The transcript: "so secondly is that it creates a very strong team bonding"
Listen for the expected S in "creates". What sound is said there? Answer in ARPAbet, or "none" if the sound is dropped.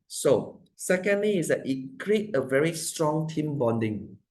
none